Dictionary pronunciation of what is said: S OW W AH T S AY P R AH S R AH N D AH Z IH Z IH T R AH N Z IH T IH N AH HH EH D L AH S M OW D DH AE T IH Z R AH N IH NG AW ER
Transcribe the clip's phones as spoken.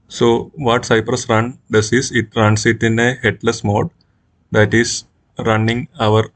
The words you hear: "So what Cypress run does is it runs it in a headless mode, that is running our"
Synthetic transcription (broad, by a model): S OW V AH T S AY P R AH S R AH N D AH S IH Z IH T R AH N S IH T IH N AH HH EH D L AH S M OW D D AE T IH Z R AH N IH NG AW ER